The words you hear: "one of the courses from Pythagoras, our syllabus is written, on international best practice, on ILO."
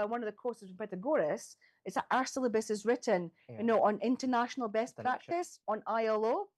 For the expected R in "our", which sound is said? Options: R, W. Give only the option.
R